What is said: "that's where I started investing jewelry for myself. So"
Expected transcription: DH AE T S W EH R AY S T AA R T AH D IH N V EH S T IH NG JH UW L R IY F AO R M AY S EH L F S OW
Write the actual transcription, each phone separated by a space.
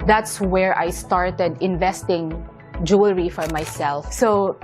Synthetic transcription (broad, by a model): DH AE T S W EH R AY S T AA R T AH D IH N V EH S T IH NG JH UW L R IY F AO R M AY S EH L F S OW